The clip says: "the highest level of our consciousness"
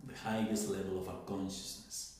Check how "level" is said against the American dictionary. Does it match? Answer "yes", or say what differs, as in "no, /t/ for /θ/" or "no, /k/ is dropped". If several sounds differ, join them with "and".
yes